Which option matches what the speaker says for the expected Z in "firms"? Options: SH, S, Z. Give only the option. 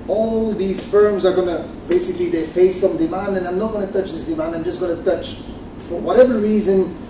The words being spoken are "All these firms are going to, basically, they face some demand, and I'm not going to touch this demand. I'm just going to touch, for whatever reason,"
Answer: Z